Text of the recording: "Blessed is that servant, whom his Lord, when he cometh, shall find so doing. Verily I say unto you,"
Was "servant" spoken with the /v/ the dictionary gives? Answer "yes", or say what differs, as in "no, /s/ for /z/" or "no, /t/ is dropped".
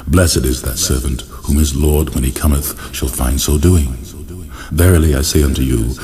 yes